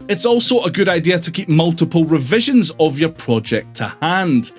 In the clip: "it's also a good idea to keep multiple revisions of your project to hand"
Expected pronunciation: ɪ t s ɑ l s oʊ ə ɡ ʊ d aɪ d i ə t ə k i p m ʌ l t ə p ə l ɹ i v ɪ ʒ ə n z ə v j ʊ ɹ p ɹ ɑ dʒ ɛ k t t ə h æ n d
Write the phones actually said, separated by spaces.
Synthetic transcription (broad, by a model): ɪ t s ɑ l s oʊ ə ɡ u d aɪ d i ə t ə k i p m ʌ l t ə p ə l ɹ i v ɪ ʒ ə n z ə v j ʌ ɹ p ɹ ɑ dʒ ɛ k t t ə h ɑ n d